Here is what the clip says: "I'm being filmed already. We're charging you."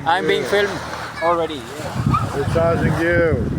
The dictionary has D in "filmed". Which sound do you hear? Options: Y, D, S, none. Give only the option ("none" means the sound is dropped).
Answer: none